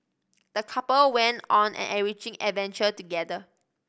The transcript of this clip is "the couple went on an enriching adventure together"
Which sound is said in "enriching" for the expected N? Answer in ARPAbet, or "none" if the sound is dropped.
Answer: none